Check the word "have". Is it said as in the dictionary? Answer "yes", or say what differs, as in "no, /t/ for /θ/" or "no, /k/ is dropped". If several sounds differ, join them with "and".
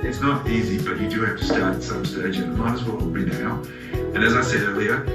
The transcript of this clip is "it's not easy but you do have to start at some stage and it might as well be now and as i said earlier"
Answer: no, /f/ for /v/